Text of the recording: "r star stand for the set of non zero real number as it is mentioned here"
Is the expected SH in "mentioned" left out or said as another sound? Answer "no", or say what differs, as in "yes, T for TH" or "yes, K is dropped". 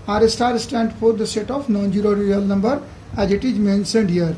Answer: yes, S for SH